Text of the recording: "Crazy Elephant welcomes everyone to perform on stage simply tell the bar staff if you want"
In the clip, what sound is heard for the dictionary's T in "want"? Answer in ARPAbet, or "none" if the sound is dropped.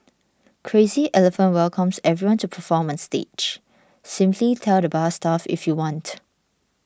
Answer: T